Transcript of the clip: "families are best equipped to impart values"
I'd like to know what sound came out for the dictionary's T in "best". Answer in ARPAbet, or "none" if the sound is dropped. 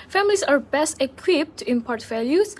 T